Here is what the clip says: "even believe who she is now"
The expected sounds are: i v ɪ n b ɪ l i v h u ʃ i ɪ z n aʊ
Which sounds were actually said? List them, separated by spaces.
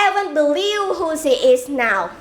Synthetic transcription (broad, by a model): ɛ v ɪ n b ɪ l i v h u s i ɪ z n aʊ